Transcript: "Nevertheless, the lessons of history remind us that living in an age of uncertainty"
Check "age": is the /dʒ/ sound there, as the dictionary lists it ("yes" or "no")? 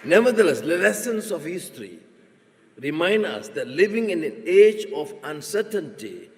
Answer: yes